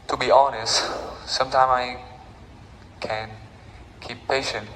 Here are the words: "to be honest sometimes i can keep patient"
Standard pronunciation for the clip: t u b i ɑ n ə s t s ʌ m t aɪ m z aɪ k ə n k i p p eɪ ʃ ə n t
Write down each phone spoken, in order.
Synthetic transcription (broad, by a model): t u b i ɑ n ə s t s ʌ m t aɪ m aɪ k ə n k i p p eɪ ʃ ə n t